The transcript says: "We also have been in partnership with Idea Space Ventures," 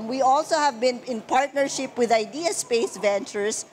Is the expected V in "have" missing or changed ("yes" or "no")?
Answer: no